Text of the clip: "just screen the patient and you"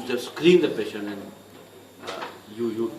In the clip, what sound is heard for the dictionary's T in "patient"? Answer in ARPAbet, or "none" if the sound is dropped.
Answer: none